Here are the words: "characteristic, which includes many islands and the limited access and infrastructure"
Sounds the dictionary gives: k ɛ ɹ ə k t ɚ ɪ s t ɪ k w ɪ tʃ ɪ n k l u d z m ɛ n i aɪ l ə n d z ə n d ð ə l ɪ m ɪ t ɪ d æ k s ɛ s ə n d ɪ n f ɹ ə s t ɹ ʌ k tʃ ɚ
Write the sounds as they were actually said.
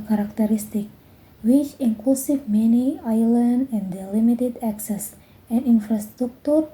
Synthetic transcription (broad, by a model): k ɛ ɹ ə k t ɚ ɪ s t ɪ k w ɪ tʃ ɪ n k l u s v m ɛ n i aɪ l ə n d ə n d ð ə l ɪ m ɪ t ɪ d æ k s ɛ s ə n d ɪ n f ɹ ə s t ɹ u k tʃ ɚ